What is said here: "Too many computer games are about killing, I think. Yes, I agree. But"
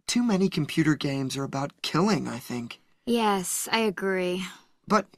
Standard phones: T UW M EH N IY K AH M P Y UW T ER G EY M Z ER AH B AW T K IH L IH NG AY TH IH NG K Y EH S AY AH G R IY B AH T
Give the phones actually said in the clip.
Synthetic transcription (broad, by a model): T UW M EH N IY K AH M P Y UW T ER G EY M Z ER AH B AW T K IH L IH NG AY TH IH NG K Y EH S AY AH G R IY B AH T